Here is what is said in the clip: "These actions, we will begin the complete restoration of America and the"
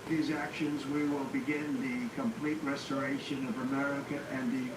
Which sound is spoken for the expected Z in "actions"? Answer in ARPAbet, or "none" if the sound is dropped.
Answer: Z